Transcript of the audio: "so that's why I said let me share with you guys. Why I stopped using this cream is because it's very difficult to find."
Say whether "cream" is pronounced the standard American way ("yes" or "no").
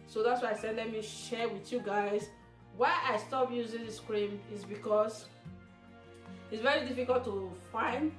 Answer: yes